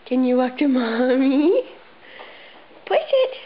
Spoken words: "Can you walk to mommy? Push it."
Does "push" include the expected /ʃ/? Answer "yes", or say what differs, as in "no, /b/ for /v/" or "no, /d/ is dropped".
no, /s/ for /ʃ/